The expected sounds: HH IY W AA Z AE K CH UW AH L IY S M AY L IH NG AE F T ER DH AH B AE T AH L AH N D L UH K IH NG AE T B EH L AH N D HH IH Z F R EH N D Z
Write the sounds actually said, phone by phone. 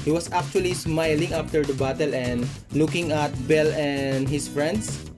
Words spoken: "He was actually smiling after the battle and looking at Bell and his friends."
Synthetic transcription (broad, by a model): HH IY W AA S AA K CH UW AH L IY S M AY L IH NG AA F T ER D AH B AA T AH L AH N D L UH K IH NG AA T B EH L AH N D HH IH S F R EH N D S